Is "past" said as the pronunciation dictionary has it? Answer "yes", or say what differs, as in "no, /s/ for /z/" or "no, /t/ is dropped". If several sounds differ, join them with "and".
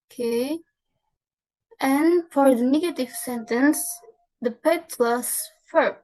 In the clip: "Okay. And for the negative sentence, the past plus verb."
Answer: no, /s/ is dropped